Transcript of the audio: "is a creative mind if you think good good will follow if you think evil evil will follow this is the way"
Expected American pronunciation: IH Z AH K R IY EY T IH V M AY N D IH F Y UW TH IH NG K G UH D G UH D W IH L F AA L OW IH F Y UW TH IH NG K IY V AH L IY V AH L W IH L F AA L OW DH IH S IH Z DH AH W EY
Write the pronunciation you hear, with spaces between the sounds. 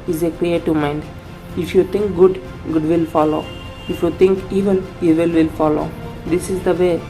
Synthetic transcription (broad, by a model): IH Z AH K R IY EY T IH V M AY N D IH F Y UW T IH NG K G UH D G UH D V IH L F AA L OW IH F Y UW T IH NG K IY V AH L IY V AH L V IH L F AA L OW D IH S IH Z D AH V EY